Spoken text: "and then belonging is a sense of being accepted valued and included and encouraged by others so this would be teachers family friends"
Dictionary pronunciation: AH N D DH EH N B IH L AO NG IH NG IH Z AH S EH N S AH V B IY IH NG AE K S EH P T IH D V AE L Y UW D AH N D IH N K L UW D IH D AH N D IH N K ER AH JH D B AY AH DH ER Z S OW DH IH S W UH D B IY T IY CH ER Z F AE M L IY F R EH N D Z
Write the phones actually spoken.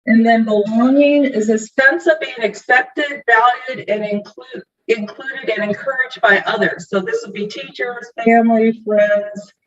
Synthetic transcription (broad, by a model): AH N DH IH N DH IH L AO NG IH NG IH Z AH S EH N S AH V B IY IH NG AE K S EH P T IH D V AE L Y UW D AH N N IH N K L UW D IH D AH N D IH N K ER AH JH B AY AH DH ER Z S OW DH IH S W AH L B IY T IY CH ER Z F AE M L IY F R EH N D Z